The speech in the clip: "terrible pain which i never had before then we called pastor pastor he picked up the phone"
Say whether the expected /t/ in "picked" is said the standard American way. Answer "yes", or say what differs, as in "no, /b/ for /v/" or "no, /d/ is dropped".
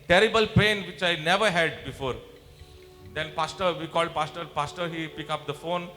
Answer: no, /t/ is dropped